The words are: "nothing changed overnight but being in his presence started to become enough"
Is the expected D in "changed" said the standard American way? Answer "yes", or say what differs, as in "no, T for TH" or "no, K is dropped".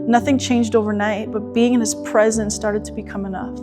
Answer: yes